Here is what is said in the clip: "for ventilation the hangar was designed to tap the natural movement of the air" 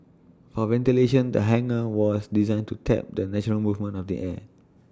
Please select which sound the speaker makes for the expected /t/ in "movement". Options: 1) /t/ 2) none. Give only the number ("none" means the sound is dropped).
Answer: 2